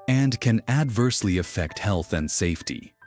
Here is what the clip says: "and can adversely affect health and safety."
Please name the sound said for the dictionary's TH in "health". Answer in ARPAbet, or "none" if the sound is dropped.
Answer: TH